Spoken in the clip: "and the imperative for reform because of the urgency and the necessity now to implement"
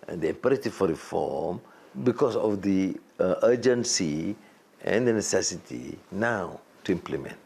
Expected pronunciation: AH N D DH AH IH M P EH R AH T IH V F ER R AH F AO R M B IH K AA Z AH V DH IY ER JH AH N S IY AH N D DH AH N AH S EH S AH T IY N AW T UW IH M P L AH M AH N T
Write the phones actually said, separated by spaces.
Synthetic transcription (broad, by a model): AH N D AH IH P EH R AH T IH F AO R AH F AO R M B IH K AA S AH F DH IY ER JH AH N S IY AH N D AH N AH S EH S AH T IY N AW T UW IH M P L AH M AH N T